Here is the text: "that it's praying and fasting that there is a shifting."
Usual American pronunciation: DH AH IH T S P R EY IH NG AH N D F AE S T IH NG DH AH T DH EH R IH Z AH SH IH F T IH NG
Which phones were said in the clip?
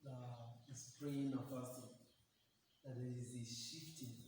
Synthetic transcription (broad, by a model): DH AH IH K S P L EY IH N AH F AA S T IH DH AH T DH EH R IH Z AH SH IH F T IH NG